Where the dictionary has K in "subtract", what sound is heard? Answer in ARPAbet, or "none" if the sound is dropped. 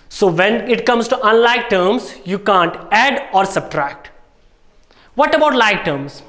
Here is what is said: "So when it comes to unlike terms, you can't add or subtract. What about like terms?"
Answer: K